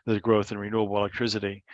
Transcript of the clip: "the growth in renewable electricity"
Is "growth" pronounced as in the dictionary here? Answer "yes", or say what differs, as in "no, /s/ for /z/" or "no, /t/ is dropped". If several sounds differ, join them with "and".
yes